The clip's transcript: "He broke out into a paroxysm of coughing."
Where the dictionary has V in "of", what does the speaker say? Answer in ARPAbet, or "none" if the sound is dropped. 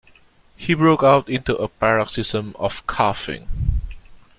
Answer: F